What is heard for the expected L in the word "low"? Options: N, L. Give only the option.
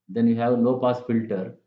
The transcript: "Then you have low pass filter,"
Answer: N